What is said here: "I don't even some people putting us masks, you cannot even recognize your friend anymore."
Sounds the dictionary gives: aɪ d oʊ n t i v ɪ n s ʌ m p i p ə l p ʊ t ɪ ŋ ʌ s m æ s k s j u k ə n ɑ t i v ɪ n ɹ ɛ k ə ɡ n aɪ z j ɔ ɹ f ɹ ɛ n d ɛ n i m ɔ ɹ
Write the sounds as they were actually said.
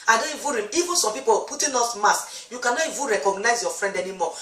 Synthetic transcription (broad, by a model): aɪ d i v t i v ɪ n s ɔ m p i p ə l p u t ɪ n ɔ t m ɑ s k j u k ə n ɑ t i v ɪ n ɹ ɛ k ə ɡ n aɪ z j ɔ f ɹ ɛ n d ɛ n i m ɔ